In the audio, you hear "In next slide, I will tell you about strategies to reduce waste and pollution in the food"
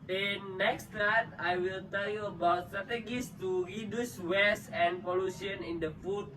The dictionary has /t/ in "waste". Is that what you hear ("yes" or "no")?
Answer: no